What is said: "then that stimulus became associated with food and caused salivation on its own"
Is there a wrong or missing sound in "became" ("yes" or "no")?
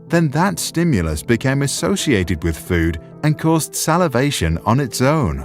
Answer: no